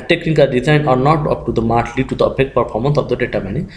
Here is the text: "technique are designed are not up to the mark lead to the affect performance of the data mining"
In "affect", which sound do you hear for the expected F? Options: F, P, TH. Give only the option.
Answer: P